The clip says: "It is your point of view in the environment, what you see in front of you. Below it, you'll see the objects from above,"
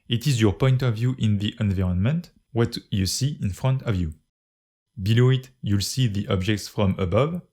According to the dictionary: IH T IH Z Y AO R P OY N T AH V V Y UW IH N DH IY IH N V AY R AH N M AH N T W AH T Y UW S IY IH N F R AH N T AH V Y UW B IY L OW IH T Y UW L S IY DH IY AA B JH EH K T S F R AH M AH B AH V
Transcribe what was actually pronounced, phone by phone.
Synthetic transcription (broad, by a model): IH T IH Z Y AO R P OY N T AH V V Y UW IH N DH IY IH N V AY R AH N M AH N T W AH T Y UW S IY IH N F R AH N T AH V Y UW B IY L OW IH T Y UW L S IY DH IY AA B JH EH K T S F R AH M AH B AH V